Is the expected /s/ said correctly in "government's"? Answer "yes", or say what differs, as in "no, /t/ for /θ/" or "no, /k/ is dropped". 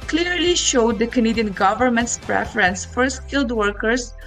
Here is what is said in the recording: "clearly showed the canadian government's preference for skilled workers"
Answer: yes